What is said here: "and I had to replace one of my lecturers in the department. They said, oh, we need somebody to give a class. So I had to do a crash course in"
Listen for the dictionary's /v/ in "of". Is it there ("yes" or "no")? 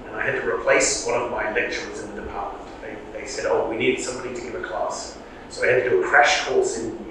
yes